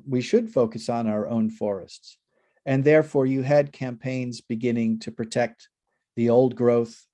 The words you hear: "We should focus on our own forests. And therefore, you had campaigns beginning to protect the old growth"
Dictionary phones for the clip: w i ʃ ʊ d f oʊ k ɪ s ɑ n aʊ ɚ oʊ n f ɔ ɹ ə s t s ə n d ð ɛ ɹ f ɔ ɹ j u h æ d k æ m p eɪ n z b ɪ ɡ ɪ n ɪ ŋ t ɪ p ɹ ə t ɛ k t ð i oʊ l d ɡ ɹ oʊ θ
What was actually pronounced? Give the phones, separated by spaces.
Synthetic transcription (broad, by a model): w i ʃ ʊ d f oʊ k ɪ s n aʊ ɚ oʊ n f ɔ ɹ ə s t s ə n ð ɛ ɹ f ɔ ɹ j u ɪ d k æ m p eɪ n z b ɪ ɡ ɪ n ɪ ŋ t ɪ p ɹ ə t ɛ k t ð i oʊ l d ɡ ɹ oʊ θ